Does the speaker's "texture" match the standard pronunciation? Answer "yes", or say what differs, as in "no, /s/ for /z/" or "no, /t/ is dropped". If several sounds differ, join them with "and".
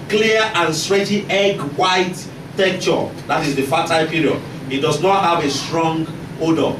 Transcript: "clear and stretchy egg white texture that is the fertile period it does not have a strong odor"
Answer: no, /s/ is dropped